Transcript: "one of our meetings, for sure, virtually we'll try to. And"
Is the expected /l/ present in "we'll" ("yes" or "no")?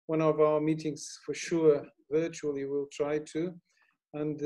yes